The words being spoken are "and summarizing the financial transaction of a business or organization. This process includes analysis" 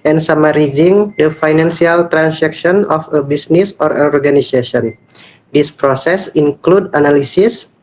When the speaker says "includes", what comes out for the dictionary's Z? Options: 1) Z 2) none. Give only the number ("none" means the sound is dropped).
2